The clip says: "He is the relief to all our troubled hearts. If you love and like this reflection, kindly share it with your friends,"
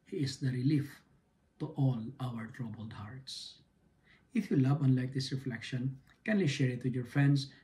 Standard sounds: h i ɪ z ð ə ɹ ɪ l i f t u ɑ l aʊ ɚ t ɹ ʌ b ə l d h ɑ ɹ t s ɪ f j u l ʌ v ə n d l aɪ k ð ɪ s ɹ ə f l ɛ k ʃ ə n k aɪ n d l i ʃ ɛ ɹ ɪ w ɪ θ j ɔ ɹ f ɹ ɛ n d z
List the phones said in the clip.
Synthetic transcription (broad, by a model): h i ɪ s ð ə ɹ ɪ l i f t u ɑ l aʊ ɚ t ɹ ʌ b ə l d h ɑ ɹ t s ɪ f j u l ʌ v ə n l aɪ k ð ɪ s ɹ ə f l ɛ k ʃ ə n k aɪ n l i ʃ ɛ ɹ ɪ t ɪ j ɔ ɹ f ɹ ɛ n d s